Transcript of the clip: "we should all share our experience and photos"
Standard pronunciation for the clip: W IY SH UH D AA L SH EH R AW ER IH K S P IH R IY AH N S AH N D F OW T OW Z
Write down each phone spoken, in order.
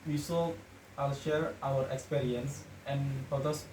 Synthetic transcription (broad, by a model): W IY S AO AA L SH EH R AW ER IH K S P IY R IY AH N S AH N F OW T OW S